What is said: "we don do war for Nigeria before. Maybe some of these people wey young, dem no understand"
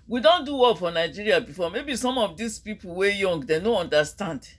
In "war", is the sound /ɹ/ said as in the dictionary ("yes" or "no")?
no